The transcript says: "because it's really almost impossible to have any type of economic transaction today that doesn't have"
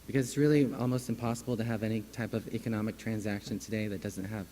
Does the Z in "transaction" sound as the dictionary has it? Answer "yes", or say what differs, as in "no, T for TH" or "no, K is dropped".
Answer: yes